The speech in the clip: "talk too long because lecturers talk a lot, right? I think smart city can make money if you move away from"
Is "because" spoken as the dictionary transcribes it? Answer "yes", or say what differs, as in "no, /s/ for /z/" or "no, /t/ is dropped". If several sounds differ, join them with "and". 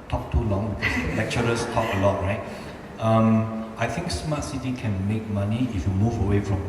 no, /s/ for /z/